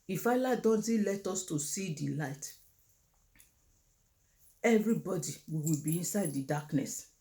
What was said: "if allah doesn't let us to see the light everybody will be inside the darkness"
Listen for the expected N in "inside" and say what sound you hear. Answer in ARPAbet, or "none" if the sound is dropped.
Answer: N